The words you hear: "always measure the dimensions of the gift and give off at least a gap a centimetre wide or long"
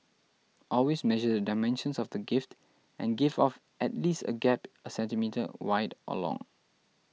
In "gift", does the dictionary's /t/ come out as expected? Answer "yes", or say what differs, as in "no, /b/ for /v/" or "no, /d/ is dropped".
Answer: yes